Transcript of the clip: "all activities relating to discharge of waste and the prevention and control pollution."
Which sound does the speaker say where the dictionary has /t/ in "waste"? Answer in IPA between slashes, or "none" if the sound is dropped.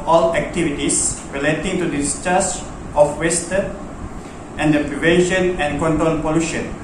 /t/